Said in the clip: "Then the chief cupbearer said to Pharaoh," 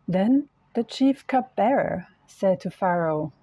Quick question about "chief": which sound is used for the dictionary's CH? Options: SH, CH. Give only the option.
CH